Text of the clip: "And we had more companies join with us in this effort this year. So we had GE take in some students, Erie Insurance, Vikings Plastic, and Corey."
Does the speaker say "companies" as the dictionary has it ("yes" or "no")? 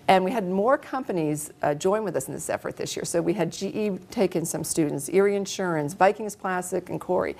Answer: yes